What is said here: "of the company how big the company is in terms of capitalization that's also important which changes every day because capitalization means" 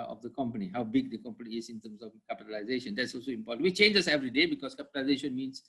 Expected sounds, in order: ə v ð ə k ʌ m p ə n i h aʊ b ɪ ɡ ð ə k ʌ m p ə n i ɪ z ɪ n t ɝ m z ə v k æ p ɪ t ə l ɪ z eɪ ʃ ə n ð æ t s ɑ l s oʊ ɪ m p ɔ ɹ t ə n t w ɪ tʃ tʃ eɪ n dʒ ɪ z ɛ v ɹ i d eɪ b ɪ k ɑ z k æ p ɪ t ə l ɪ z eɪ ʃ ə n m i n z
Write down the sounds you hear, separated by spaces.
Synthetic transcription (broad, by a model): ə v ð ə k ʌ m p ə n i h aʊ b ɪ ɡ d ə k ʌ m p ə n i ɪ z ɪ n t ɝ m s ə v k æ p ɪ t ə l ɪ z eɪ ʃ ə n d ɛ t s ɑ l s oʊ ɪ m p ɔ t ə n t w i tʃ tʃ eɪ n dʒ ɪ s ɛ v ɹ i d eɪ b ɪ k ɑ s k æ p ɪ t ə l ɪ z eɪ ʃ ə n m i n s